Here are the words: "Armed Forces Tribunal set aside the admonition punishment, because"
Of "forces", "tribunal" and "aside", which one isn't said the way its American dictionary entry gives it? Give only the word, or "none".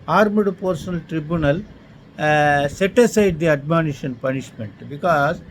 forces